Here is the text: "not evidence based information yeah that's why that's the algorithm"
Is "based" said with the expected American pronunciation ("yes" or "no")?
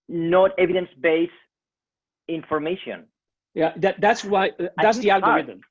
no